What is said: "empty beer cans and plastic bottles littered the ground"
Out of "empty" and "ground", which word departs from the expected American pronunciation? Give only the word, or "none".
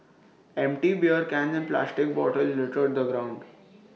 none